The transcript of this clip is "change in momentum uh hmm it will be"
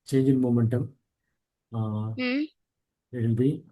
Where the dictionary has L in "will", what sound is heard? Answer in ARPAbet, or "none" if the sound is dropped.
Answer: N